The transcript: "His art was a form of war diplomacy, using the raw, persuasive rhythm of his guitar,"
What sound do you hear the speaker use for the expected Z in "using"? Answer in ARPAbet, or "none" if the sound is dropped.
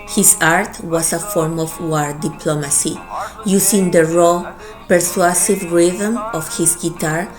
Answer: S